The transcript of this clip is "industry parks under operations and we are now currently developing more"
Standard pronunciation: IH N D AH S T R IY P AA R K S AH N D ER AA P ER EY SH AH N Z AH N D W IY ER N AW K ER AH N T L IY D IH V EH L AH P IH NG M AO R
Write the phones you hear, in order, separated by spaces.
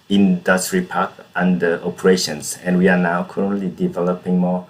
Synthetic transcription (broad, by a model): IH N D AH S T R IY P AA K AH N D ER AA P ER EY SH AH N S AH N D W IY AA N AW K ER AH N T L IY D IH V EH L AH P IH NG M AO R